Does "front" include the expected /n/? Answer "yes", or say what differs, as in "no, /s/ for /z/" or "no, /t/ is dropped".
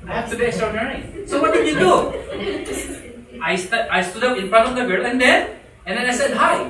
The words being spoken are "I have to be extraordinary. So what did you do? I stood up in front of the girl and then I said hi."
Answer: no, /n/ is dropped